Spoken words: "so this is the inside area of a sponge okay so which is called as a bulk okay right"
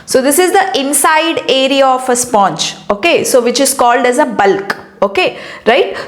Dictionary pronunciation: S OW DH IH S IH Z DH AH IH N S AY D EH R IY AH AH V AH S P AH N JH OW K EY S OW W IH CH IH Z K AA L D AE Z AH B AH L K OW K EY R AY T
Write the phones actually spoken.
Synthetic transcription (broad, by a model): S OW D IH S IH Z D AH IH N S AY D EH R IY AH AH F AH S P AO N CH OW K EY S OW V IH CH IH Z K AA L D AE Z AH B AH L K OW K EY R AY T